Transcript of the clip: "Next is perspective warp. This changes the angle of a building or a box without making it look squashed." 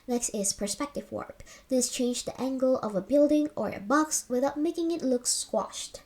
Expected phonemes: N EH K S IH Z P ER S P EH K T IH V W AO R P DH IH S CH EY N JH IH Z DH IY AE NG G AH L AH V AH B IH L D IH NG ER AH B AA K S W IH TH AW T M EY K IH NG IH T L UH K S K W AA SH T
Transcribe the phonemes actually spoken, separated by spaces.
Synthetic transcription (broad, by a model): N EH K S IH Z P ER S P EH K T IH V W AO R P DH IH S CH EY N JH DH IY AE NG G AH L AH V AH B IH L D IH NG ER AH B AA K S W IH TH AW T M EY K IH NG IH T L UH K S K W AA SH T